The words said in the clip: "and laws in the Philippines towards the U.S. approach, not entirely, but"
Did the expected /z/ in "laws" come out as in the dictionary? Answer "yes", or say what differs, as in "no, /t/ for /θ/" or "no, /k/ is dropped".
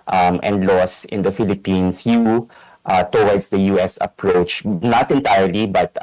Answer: no, /s/ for /z/